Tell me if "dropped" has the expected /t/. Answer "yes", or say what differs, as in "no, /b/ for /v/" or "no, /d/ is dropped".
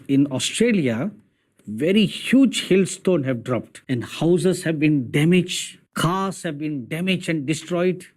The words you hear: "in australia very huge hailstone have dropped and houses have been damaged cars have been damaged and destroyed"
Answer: yes